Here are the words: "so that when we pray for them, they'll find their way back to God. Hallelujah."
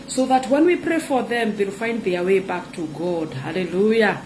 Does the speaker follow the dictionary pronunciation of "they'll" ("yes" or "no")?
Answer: yes